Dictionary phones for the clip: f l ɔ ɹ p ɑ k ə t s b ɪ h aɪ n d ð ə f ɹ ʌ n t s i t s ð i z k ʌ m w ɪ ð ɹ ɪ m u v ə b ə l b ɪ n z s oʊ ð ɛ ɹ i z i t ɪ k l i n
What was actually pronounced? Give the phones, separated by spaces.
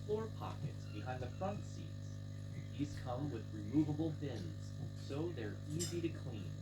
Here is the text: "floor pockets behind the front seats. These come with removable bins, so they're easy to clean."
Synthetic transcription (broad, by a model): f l ɔ ɹ p ɑ k ə t s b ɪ h aɪ n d ð ə f ɹ ʌ n t s i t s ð i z k ʌ m w ɪ ð ɹ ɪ m u v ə b l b ɪ n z s oʊ ð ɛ ɹ i z i t ɪ k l i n